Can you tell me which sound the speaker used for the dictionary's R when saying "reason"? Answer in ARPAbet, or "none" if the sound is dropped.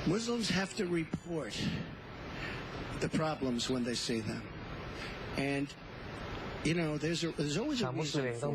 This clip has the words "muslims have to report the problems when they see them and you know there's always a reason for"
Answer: W